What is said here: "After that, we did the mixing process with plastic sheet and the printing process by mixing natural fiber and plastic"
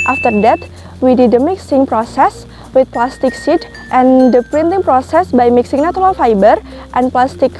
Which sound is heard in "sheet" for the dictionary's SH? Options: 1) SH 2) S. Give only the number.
2